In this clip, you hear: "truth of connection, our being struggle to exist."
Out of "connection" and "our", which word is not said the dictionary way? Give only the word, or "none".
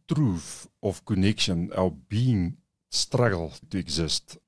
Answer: our